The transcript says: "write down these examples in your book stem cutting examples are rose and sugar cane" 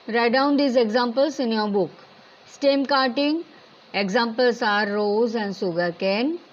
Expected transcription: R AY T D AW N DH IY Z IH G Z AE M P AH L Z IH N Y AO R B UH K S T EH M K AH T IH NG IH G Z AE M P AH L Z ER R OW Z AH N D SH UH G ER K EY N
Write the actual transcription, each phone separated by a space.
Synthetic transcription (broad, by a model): R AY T D AW N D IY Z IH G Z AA M P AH L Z IH N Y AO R B UH K S T EH M K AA T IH NG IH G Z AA M P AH L S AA R OW Z AH N D S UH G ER K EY N